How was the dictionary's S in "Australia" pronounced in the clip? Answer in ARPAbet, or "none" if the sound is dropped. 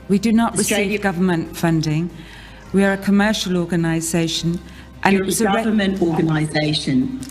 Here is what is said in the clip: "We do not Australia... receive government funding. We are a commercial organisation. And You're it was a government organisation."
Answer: none